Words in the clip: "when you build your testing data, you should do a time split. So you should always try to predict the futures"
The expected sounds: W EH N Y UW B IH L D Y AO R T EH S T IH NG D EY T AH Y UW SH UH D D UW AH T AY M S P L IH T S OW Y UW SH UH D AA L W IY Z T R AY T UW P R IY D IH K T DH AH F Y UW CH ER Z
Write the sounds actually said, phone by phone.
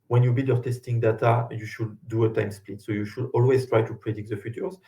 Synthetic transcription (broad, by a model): W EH N Y UW B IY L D Y AO R T EH S T IH NG D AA T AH Y UW SH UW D D UW AH T AY M S P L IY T S OW Y UW SH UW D AA L W IY Z T R AY T UW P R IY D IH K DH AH F Y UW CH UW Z